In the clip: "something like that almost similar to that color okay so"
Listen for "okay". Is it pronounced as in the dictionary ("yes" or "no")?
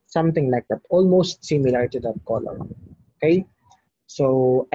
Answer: yes